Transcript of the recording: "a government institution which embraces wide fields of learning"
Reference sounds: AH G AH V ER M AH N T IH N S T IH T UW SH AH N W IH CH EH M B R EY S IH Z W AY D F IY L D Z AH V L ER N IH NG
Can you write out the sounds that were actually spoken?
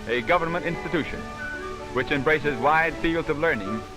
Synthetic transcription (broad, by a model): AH G AH V ER M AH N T IH N S T IH T UW SH AH N W IH CH EH M B R EY S IH Z W AY D F IY L D Z AH V L ER N IH NG